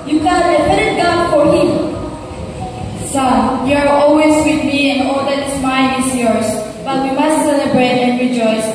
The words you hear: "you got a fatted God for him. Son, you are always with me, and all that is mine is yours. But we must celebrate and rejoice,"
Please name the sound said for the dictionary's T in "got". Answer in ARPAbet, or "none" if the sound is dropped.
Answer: none